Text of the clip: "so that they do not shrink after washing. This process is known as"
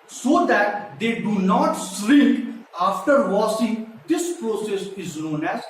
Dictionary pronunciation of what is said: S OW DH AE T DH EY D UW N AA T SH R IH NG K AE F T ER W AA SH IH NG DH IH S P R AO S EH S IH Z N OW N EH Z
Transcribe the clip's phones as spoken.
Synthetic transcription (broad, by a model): S OW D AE T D EY D UW N AA T S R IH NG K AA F T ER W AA S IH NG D IH S P R AO S EH S IH Z N OW N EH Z